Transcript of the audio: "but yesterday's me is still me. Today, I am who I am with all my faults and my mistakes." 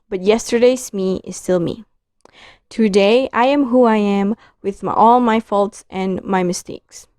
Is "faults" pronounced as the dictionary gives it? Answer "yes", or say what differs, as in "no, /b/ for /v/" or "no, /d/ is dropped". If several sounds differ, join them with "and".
yes